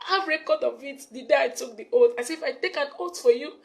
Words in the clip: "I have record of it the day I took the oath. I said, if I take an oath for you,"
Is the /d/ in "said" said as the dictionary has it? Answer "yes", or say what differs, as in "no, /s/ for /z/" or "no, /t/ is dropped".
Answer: no, /d/ is dropped